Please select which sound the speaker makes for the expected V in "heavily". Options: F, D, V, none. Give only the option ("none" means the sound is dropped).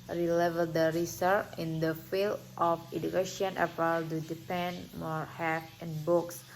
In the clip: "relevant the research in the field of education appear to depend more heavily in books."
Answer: F